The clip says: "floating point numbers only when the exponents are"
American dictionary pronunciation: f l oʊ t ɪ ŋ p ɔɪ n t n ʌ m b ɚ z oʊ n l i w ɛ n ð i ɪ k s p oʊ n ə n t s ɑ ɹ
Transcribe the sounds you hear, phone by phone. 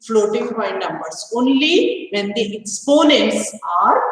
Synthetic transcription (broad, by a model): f l oʊ t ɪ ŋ b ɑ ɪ n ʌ m b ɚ s oʊ n l i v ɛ n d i ɪ k s p oʊ n ə n t s ɑ ɹ